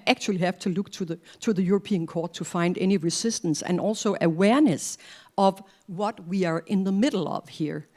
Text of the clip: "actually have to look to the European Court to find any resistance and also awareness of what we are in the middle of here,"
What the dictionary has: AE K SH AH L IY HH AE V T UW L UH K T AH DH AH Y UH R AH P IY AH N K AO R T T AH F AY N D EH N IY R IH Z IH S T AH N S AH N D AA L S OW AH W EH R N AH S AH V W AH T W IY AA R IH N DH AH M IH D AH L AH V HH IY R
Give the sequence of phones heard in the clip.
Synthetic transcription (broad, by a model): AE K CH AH L IY HH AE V T UW L UH K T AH DH AH Y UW R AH P IY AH N K AO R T T AH F AY N D EH N IY R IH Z IH S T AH N S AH N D AA L S OW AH W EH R N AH S AH V W AH T W IY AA R IH N DH AH M IH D L AH V HH IY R